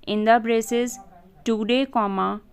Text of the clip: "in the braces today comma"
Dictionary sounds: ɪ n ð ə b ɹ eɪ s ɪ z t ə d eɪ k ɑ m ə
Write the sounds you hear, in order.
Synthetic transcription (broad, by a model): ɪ n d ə b ɹ eɪ s ɪ z t ə d eɪ k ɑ m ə